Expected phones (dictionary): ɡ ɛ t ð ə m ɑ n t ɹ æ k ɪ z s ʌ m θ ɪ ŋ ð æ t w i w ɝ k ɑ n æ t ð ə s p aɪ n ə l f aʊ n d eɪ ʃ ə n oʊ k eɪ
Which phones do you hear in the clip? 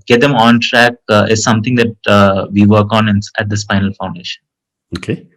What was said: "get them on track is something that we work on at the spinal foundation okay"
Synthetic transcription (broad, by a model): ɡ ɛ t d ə m ɑ n t ɹ æ k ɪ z s ʌ m t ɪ ŋ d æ t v i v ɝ k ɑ n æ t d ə s f aɪ n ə l f aʊ n d eɪ ʃ ə n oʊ k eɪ